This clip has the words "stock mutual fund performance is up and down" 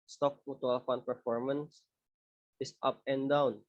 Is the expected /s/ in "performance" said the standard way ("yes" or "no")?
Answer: yes